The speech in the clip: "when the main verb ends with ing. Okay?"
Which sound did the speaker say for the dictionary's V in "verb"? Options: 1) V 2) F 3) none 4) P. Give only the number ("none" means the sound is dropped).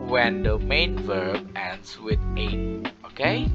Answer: 1